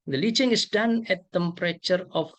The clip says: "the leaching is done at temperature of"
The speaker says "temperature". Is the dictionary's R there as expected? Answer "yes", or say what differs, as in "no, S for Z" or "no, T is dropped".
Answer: yes